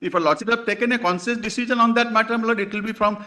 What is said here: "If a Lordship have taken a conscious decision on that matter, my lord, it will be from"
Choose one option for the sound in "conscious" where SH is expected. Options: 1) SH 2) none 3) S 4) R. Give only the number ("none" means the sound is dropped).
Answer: 3